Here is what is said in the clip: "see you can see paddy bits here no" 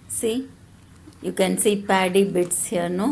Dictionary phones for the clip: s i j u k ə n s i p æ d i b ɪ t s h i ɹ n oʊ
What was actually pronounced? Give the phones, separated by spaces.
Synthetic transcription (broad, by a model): s i j u k ə n s i p æ d i b ɪ t s h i ɹ n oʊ